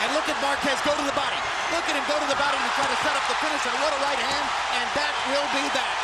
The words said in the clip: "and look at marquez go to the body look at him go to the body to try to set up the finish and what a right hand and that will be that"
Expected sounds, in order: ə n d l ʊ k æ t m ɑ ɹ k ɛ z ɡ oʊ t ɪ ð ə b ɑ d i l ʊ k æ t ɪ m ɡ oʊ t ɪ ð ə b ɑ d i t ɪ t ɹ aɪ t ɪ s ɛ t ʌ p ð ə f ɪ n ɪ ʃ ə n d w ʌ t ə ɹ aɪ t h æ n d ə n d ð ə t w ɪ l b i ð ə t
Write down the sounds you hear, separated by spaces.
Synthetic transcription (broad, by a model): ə n l ʊ k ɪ t m ɑ ɹ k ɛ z ɡ oʊ t ɪ ð ə b ɑ d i l ʊ k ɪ t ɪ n ɡ oʊ t ɪ ð ə b ɑ d i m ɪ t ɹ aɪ t ɪ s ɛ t ʌ p ð ə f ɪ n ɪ s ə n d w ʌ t ə ɹ aɪ t h æ n d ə n ð ə t w ɪ l b i ð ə t